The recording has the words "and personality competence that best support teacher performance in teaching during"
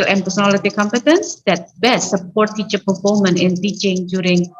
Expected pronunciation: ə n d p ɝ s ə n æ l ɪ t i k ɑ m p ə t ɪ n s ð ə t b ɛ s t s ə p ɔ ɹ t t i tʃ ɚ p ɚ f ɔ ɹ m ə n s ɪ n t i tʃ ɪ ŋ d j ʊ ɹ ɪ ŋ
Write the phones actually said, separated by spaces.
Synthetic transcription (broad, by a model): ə n p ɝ s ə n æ l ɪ t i k ɑ m p ə t ɪ n s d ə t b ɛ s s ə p ɔ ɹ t t i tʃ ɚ p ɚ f ɔ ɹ m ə n ɪ n t i tʃ ɪ ŋ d j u ɹ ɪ ŋ